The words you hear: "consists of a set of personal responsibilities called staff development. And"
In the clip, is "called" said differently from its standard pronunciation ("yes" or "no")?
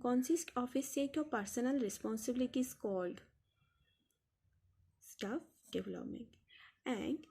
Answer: no